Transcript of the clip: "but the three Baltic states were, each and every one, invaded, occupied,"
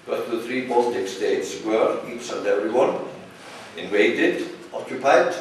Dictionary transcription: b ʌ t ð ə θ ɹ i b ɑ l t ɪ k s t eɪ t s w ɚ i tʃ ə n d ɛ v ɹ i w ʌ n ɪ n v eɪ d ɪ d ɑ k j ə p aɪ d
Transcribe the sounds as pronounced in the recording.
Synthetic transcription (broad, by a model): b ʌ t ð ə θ ɹ i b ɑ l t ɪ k s t eɪ t s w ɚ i s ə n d ɛ v ɹ i w ʌ n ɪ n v eɪ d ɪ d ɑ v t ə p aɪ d